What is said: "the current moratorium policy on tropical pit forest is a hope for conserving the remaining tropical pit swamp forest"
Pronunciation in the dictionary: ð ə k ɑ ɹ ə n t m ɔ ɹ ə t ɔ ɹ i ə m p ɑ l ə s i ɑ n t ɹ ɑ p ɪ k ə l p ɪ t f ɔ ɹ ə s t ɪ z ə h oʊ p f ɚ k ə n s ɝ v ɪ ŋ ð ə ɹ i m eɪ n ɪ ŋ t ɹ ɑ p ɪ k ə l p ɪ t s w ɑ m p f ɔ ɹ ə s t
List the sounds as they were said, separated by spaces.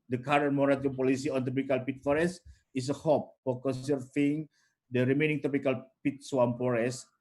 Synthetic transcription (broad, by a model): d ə k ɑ ɹ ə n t m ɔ ɹ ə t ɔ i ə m p ɑ l ə s i ɑ n t ɑ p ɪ k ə l p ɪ t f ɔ ɹ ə s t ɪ s ə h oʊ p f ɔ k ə s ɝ f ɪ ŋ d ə ɹ i m eɪ n ɪ ŋ t ɑ p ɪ k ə l p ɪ t s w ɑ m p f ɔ ɹ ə s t